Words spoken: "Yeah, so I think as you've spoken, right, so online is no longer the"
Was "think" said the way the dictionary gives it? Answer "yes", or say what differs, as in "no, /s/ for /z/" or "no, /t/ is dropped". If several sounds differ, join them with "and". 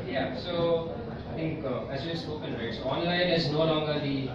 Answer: no, /t/ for /θ/